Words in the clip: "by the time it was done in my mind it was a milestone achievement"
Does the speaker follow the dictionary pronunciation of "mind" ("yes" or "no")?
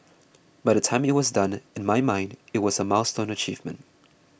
yes